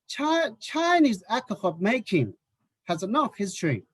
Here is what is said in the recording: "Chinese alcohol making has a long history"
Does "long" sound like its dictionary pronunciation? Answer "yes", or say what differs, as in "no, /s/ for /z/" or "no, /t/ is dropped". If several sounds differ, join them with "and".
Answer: no, /n/ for /l/